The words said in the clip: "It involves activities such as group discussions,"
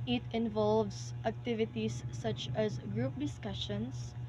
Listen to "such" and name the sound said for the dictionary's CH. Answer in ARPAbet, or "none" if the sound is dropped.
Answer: CH